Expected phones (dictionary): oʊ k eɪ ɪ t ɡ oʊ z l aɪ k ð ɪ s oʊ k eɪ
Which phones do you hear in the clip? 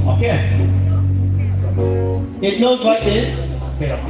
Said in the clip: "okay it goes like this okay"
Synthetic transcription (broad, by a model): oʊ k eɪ ɪ t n oʊ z w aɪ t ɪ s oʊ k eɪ